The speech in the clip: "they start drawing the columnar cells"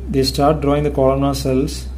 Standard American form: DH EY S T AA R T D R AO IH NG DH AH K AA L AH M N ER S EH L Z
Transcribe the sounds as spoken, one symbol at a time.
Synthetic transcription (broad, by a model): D EY S T AA R T D R AO IH NG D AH K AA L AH N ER S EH L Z